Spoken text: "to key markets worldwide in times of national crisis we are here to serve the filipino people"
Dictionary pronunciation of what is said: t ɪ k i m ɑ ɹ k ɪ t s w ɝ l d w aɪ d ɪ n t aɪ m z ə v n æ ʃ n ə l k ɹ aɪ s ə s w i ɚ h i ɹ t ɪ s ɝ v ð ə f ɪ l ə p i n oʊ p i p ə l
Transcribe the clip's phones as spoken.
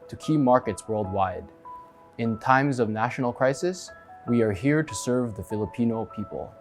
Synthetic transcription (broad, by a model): t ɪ k i m ɑ ɹ k ɪ t s w ɝ l d w aɪ d ɪ n t aɪ m z ə v n æ ʃ n l k ɹ aɪ s ə s w i ɚ h i ɹ t ɪ s ɝ v ð ə f ɪ l ə p i n oʊ p i p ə l